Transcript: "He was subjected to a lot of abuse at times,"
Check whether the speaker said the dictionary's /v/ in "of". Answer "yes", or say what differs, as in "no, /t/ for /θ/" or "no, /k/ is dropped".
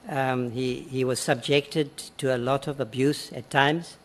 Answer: yes